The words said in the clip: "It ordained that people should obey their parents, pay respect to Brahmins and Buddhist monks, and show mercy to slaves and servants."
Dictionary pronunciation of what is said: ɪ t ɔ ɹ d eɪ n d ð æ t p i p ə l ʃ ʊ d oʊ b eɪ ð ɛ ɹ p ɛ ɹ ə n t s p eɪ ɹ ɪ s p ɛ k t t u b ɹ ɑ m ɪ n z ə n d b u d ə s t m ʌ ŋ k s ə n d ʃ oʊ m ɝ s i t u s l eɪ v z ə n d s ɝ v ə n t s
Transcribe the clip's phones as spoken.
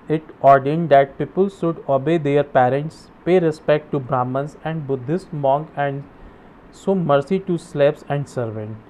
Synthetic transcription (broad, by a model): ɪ t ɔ ɹ d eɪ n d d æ t p i p ə l ʃ ʊ d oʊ b eɪ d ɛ ɹ p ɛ ɹ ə n t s p eɪ ɹ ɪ s p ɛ k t t u b ɹ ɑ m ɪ n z ə n d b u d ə s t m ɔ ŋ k ə n d s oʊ m ɝ s i t u s l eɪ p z ə n d s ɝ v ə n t